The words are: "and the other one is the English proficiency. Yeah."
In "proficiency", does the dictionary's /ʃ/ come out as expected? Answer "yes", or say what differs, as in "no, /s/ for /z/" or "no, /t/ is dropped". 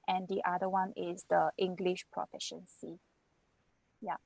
yes